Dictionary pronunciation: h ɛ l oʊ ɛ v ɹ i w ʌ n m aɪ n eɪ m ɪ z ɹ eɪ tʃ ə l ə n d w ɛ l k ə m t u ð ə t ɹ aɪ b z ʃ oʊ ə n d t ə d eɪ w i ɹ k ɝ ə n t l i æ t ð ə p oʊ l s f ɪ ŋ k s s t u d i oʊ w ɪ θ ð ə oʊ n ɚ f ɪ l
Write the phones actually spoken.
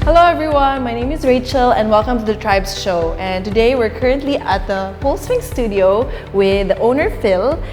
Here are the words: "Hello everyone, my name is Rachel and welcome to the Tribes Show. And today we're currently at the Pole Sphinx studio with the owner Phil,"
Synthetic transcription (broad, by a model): h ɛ l oʊ ɛ v ɹ i w ʌ n m aɪ n eɪ m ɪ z ɹ eɪ tʃ ə l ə n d w ɛ l k ə m t u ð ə t ɹ aɪ b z ʃ oʊ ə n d t ə d eɪ w i ɹ k ɝ ə n t l i æ t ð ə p oʊ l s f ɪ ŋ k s s t u d i oʊ w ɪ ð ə oʊ n ɚ f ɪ l